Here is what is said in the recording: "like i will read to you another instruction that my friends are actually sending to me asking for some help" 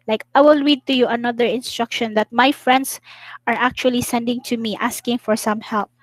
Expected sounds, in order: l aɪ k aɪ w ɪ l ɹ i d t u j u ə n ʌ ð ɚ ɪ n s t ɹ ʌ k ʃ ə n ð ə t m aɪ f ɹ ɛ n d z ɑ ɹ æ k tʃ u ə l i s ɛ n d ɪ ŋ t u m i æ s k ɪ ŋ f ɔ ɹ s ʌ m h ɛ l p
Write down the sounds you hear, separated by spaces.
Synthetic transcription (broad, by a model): l aɪ k aɪ w ɪ l ɹ i d t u j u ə n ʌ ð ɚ ɪ n s t ɹ ʌ k ʃ ə n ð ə t m aɪ f ɹ ɛ n d s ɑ ɹ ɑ k tʃ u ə l i s ɛ n d ɪ ŋ t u m i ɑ s k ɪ ŋ f ɔ ɹ s ʌ m h ɛ l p